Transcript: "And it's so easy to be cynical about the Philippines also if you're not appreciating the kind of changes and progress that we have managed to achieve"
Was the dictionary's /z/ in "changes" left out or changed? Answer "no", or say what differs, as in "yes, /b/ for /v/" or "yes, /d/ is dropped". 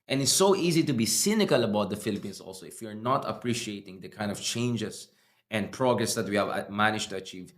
yes, /s/ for /z/